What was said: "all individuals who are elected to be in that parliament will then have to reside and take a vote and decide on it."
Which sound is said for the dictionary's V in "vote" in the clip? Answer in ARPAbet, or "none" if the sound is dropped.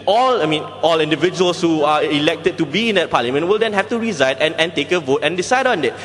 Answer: V